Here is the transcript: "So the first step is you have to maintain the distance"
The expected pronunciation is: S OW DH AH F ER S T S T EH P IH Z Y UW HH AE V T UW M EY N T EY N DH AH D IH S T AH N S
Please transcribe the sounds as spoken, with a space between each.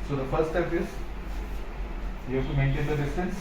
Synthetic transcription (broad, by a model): S OW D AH F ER T S T EH P IH Z Y UW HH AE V T UW M EY N T EY N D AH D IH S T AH N S